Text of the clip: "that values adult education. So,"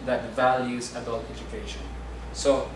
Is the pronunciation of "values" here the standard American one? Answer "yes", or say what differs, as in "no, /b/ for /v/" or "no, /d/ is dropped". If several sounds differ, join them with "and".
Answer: yes